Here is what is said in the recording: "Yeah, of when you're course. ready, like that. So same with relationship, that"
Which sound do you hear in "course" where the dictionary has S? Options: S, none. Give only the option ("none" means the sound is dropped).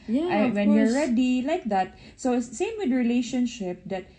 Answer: none